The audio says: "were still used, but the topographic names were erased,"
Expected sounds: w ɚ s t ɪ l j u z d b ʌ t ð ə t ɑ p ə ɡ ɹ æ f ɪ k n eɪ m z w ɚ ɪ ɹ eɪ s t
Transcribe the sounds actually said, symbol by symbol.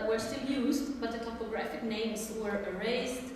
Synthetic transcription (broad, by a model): w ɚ s t ɪ l j u z d b ʌ t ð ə t ɑ p ə ɡ ɹ æ f ɪ k n eɪ m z w ɚ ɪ ɹ eɪ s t